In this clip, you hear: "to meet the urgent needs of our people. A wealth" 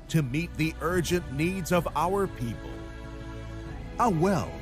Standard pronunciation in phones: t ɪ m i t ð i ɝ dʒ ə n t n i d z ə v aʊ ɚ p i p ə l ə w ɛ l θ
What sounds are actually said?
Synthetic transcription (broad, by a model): t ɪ m i t ð i ɝ dʒ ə n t n i d z ə v aʊ ɚ p i p ə l ə w ɛ l